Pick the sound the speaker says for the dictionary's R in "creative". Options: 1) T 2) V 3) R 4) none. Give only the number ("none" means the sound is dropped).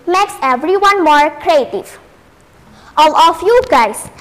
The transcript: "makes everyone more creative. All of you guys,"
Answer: 3